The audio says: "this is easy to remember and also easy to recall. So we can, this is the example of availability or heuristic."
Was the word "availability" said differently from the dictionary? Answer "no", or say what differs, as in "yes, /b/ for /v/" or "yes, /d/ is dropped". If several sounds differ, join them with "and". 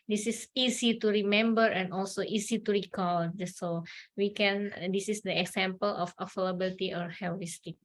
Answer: yes, /f/ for /v/